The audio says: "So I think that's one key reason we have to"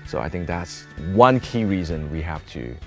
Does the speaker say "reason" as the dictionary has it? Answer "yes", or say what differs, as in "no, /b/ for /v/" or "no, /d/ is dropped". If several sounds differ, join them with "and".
yes